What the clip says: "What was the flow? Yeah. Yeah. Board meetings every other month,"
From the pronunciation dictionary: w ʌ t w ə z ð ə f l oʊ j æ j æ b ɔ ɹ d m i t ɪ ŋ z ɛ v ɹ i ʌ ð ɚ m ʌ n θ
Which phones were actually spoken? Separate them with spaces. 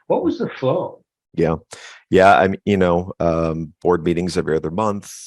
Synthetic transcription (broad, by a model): w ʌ t w ə z ð ə f l oʊ j æ j æ b ɔ ɹ d m i t ɪ ŋ z ɛ v ɹ i ʌ ð ɚ m ʌ n θ